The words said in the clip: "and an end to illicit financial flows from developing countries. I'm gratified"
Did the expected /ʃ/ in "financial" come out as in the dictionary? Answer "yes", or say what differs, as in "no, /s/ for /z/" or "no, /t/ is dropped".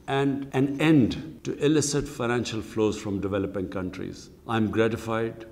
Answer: yes